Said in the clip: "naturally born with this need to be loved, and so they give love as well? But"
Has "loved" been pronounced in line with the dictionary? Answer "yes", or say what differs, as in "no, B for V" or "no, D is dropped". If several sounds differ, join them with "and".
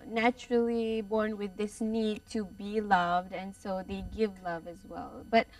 yes